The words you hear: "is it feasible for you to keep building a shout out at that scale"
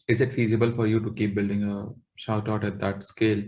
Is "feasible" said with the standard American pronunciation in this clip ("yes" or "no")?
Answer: yes